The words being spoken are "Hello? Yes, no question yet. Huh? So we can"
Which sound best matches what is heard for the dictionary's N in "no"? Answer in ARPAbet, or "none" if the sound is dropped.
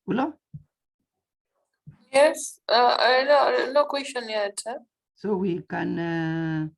L